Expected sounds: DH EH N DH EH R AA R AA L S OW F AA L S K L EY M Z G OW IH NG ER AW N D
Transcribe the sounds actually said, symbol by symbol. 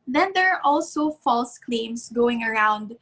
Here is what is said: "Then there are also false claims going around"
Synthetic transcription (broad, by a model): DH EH N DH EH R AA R AA L S OW F AA L S K L EY M S G OW IH NG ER AW N D